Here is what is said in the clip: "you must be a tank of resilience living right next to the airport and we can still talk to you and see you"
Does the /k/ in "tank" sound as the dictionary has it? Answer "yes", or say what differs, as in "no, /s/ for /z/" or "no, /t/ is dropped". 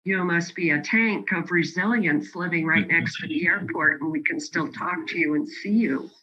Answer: yes